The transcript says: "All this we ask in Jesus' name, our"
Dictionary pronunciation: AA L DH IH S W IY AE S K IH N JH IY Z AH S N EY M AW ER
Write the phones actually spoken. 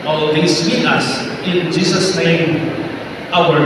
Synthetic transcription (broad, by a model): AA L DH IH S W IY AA S IH N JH IY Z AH S N EY M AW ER